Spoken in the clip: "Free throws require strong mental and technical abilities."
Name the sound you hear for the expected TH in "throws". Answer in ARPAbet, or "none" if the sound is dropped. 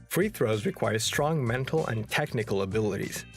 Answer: TH